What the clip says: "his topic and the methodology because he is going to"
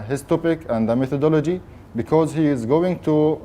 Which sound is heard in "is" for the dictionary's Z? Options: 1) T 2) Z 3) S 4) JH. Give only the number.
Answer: 2